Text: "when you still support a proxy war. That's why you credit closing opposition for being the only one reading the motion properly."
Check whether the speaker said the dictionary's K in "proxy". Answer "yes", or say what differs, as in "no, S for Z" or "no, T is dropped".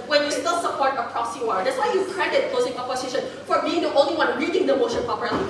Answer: no, K is dropped